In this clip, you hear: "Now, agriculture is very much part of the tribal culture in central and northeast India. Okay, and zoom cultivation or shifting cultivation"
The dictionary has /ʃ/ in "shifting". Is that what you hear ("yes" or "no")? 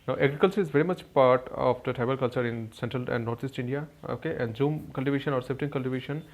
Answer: no